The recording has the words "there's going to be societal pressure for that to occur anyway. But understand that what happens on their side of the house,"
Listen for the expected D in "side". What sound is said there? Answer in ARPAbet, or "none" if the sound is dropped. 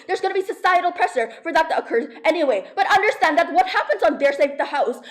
none